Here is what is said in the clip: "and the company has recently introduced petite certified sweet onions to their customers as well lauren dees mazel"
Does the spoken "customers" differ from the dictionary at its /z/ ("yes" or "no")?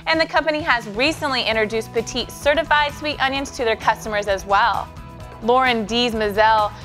no